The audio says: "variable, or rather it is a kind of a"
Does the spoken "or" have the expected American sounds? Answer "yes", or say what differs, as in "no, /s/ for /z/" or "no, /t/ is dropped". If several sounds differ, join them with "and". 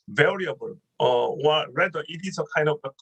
no, /w/ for /ɹ/